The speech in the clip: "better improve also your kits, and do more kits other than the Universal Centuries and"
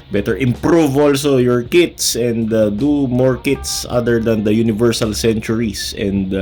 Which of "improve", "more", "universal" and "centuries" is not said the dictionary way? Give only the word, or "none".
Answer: centuries